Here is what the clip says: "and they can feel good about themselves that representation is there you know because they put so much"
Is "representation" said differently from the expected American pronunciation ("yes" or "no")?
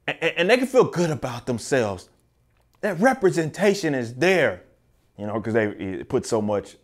no